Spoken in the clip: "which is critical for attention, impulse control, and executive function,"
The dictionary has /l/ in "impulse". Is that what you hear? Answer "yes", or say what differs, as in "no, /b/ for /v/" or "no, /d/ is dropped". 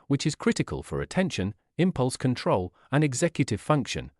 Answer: yes